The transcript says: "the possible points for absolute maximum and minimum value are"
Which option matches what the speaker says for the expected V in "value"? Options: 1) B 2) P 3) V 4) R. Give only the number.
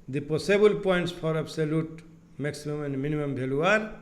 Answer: 1